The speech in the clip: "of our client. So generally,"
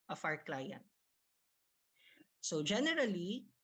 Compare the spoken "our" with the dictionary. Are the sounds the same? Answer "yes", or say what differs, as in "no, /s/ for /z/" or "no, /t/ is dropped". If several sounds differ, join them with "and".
yes